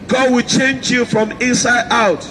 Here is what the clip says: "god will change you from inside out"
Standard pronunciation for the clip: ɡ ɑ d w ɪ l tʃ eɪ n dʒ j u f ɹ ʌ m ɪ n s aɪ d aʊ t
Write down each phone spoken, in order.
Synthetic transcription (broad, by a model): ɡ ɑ d w ɪ l tʃ eɪ n dʒ j u f ɹ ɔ m ɪ n s aɪ d aʊ t